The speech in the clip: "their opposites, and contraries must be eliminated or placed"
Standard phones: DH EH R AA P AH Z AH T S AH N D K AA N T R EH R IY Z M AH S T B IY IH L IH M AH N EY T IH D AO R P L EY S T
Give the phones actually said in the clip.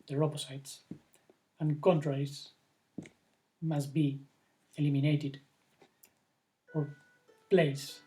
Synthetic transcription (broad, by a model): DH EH R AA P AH S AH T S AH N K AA N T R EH IY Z M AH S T B IY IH L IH M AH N EY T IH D AO R P L EY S